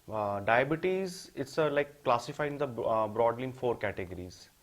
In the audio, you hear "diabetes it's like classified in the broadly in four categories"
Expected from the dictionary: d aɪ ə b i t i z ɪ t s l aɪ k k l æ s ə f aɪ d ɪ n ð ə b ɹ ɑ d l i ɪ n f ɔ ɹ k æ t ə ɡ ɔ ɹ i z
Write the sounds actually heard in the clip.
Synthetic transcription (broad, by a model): d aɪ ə b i t i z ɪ t s l aɪ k k l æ s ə f aɪ ɪ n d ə b ɹ ɑ d l i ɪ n f ɔ ɹ k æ t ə ɡ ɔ ɹ i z